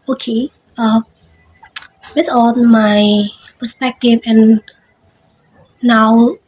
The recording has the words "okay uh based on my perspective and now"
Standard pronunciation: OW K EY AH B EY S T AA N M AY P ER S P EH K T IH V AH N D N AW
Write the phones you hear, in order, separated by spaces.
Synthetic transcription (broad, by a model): OW K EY AH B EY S AA N M AY P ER S P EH K T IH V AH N N AW